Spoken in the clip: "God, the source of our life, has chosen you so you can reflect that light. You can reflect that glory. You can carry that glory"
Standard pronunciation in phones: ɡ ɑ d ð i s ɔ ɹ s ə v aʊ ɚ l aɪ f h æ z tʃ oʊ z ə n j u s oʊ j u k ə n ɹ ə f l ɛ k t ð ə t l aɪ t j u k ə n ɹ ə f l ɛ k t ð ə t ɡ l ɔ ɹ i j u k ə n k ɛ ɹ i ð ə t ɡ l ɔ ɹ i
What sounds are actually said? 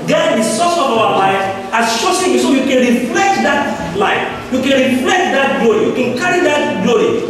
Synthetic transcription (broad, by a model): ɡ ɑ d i s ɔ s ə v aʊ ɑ l aɪ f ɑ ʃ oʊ s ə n j u s oʊ j u k ə n ɹ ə f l ɛ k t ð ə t l aɪ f j u k ə n ɹ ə f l ɛ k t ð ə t ɡ l ɔ ɹ i j u k ə n k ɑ ɹ i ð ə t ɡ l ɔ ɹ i